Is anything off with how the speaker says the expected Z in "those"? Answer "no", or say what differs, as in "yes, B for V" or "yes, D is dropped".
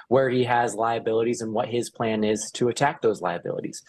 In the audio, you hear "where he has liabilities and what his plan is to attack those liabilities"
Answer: no